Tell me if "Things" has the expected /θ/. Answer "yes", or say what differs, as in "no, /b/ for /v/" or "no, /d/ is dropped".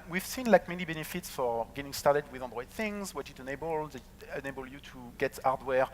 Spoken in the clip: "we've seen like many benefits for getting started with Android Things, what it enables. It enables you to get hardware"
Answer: yes